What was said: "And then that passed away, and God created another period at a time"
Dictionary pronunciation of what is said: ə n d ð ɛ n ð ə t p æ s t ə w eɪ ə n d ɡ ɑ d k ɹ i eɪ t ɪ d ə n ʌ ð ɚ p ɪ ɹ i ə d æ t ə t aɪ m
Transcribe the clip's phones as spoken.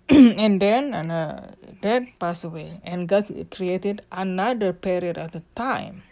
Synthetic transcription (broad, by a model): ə n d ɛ n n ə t p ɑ s ə w eɪ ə n ɡ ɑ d k ɹ i eɪ t ɪ d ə n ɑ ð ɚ p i ɹ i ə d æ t ə t aɪ m